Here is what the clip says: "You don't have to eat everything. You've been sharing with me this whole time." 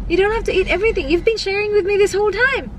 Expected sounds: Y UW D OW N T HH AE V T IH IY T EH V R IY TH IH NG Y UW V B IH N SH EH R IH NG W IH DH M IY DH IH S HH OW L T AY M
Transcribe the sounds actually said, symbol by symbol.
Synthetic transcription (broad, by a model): Y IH D OW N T HH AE F T IH IY T EH V R IY TH IH NG Y UW V B IH N SH EH R IH NG W IH DH M IY DH IH S HH OW L T AY M